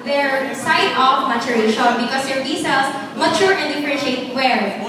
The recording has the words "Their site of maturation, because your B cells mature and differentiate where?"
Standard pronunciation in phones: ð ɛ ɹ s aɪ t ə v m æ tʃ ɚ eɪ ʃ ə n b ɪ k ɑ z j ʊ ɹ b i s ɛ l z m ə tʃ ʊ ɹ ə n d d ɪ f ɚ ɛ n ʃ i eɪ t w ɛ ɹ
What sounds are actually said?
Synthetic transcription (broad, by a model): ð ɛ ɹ s aɪ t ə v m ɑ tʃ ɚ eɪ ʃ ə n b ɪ k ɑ s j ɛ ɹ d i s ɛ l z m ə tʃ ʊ ɹ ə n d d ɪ p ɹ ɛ ʃ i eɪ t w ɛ ɹ